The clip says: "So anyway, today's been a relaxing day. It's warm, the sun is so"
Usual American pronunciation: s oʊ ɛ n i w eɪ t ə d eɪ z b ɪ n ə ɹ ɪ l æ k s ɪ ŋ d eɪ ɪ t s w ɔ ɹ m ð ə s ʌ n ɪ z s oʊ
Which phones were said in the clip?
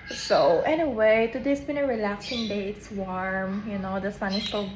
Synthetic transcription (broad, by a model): s oʊ ɛ n i w eɪ t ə d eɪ s b ɪ n ə ɹ ɪ l æ k s ɪ ŋ d eɪ ɪ t s w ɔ ɹ m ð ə s ʌ n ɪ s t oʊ